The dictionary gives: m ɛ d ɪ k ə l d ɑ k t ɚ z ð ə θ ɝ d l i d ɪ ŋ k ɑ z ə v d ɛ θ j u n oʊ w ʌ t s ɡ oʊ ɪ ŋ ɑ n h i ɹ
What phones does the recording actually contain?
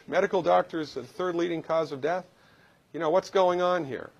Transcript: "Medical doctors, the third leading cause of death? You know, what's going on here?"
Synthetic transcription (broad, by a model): m ɛ d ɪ k l d ɑ k t ɚ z ð ə θ ɝ d l i d ɪ ŋ k ɑ z ə v d ɛ θ j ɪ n oʊ w ʌ t s ɡ oʊ ɪ ŋ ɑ n h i ɹ